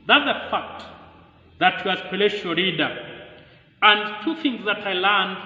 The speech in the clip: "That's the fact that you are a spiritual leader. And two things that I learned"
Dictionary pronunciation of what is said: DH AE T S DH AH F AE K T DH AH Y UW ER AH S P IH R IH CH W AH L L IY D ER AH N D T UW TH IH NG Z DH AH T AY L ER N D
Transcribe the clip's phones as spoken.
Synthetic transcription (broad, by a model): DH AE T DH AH F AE K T DH AH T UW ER AH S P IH L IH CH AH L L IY D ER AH N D T UW TH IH NG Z DH AH T AY L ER N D